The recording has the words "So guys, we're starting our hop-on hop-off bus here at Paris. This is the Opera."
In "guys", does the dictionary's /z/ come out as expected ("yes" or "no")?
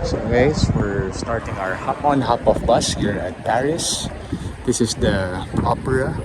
no